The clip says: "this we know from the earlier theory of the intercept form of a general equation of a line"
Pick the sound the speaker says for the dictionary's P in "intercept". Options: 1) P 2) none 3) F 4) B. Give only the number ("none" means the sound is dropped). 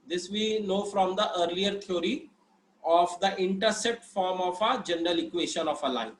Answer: 2